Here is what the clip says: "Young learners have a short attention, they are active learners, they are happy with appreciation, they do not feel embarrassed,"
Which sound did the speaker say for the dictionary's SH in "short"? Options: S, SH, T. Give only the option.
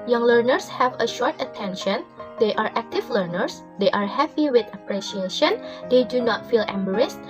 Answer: SH